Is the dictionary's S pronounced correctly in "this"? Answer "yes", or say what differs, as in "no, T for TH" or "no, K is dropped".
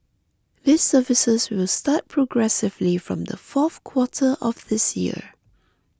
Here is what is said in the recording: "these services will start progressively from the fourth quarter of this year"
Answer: yes